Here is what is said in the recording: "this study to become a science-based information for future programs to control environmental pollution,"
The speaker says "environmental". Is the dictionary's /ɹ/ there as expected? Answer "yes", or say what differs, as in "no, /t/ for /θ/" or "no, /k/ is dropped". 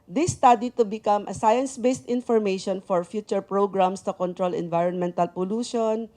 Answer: yes